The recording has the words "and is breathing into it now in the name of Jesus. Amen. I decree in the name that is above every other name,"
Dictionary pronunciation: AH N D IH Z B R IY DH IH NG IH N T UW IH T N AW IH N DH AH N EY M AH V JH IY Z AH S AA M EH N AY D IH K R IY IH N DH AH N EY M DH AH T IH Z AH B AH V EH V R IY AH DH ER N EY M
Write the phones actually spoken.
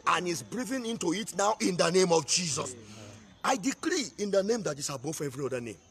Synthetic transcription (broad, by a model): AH N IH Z B R IY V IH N IH N T UW IH T N AW IH N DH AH N EY M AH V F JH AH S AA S AY D IH K R IY IH N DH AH N EY M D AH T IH S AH B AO F EH V R IY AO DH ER N EY M